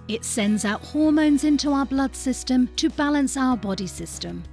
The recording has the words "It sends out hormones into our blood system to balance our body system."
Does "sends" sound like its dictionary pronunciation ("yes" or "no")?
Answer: yes